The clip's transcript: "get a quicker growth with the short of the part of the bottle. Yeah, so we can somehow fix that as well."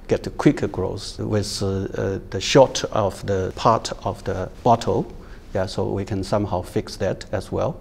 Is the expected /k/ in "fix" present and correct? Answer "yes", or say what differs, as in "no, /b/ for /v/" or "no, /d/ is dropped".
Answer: yes